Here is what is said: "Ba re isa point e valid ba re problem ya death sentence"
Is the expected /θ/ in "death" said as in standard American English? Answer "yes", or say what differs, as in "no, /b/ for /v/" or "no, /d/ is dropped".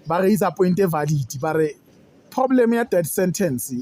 no, /t/ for /θ/